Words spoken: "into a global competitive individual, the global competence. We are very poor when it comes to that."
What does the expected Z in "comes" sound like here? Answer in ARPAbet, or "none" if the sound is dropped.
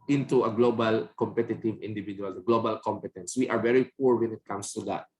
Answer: S